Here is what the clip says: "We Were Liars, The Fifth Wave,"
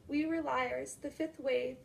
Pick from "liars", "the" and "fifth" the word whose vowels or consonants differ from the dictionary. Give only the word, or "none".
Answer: none